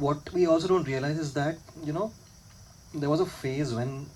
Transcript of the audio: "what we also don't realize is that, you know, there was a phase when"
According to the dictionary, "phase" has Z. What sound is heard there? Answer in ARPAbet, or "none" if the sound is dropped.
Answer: Z